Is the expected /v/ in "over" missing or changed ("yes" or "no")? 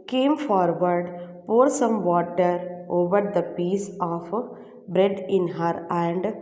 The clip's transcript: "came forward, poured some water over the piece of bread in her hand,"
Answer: no